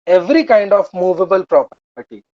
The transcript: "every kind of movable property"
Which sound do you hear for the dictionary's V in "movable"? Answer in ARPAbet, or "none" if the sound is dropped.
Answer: V